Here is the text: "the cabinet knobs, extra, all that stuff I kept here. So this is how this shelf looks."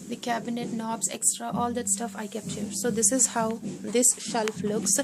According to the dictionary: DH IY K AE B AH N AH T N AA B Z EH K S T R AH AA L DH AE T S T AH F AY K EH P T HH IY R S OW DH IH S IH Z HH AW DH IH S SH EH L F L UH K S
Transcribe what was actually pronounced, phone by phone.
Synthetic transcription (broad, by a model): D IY K AE B AH N AH T N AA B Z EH K S T R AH AA L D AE T S T AH F AY K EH P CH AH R S OW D IH S IH Z HH AW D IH S SH EH L F L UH K S